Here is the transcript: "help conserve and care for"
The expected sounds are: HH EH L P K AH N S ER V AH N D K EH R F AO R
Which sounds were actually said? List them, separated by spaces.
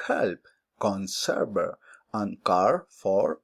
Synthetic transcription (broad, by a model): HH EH L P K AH N S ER B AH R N K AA R F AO R